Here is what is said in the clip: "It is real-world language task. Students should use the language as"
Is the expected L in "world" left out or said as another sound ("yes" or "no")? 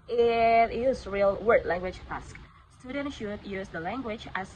yes